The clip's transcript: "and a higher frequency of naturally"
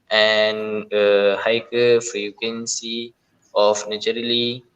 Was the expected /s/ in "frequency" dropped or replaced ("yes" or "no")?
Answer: no